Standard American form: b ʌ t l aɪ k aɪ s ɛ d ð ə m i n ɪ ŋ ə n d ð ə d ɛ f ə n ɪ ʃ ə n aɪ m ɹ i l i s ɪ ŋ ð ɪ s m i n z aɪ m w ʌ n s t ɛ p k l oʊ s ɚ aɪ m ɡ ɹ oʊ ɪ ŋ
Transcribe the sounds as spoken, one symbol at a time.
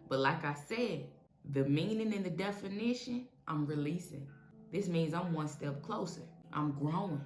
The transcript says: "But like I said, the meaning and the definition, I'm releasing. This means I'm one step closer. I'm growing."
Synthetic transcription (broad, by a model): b ʌ t l aɪ k aɪ s ɛ d ð ə m i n ɪ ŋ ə n ð ə d ɛ f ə n ɪ ʃ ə n aɪ m ɹ i l i s ɪ ŋ ð ɪ s m i n z aɪ m w ʌ n s t ɛ p k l oʊ s ɚ aɪ m ɡ ɹ oʊ ɪ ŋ